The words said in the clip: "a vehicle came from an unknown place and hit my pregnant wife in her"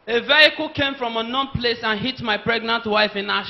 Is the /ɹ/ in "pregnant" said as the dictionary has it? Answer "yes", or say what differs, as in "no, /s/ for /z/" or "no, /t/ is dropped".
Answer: yes